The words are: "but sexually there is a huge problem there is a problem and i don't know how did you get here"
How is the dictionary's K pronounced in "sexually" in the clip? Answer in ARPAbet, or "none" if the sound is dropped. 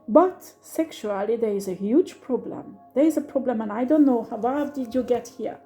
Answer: K